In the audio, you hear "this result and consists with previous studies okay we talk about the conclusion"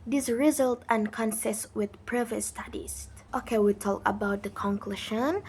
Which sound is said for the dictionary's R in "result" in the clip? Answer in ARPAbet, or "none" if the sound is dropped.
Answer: R